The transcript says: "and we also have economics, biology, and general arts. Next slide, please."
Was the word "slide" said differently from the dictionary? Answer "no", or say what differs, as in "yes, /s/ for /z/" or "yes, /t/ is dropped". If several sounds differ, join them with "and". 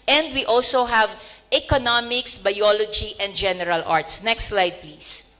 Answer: no